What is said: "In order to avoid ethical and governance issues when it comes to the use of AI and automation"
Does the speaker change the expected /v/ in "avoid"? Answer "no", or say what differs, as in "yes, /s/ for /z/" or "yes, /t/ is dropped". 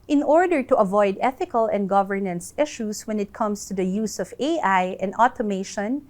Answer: no